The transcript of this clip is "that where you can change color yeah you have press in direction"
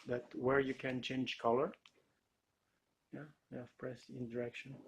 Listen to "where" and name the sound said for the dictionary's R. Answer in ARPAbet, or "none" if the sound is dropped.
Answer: R